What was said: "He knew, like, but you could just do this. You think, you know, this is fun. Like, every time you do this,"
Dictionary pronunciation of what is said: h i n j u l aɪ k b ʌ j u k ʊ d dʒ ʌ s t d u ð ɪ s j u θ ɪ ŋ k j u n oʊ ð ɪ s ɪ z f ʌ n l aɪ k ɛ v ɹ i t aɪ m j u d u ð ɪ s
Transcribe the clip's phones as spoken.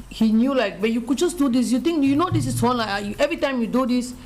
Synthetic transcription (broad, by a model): h i n j u l aɪ k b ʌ j u k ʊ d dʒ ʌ s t d u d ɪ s j u t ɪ ŋ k j u n oʊ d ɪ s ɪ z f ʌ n l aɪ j ɛ v ɹ i t aɪ m j u d u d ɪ s